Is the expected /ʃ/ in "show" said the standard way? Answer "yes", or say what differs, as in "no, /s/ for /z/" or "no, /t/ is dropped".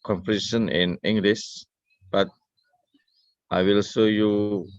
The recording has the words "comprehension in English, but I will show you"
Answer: no, /s/ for /ʃ/